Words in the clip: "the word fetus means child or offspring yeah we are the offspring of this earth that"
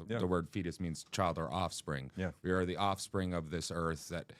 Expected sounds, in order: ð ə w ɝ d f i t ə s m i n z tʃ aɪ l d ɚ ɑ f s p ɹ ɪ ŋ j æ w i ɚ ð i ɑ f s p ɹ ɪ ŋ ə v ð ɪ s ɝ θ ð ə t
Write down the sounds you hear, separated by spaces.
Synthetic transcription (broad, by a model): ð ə w ɝ d f i t ə s m i n z tʃ aɪ l d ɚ ɑ f s p ɹ ɪ ŋ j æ w i ɚ ð i ɑ f s p ɹ ɪ ŋ ə v ð ɪ s ɝ θ ð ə t